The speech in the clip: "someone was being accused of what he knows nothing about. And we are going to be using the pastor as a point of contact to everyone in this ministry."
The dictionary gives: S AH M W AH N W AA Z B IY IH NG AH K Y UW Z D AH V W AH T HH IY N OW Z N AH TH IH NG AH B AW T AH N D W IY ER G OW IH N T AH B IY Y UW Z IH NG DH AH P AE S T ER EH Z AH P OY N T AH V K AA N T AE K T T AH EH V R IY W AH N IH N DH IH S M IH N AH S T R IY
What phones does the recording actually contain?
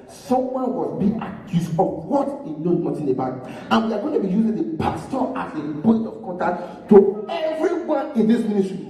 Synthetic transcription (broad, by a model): S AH M W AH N W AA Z B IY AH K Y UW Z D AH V W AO T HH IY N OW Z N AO T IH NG AH B AW T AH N W IY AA G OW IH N T AH B IY Y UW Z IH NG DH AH P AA S T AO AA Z AH B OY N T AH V K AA N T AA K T T AH EH V R IY W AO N IH N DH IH S M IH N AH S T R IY